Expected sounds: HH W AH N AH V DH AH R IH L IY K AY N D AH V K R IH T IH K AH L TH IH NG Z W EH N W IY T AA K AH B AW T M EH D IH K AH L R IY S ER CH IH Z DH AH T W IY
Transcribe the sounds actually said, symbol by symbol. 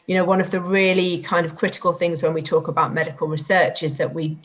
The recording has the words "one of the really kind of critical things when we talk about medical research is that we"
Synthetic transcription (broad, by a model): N W AH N AH V DH AH R IH L IY K AY N D AH V K R IH T IH K AH L TH IH NG Z W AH N W IY T AA K AH B AW T M EH D IH K AH L R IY S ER CH IH Z DH AH T W IY